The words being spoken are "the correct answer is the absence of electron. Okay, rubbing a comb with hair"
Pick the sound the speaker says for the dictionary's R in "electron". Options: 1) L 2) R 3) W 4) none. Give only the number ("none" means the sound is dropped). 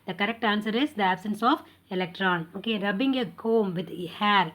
2